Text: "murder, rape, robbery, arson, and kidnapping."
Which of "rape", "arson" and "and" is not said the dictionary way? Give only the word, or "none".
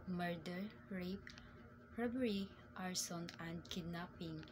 none